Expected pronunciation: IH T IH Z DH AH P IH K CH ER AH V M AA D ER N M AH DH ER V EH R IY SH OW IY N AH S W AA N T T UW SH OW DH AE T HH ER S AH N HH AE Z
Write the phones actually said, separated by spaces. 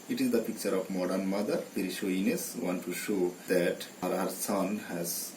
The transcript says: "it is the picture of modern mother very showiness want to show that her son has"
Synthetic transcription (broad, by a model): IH T IH Z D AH P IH K CH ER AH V M AA D ER N M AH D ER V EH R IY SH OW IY N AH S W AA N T T UW SH OW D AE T HH ER S AH N HH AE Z